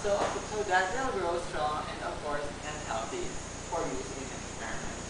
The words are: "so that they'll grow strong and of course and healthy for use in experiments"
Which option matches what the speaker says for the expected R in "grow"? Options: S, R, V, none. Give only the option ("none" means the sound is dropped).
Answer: R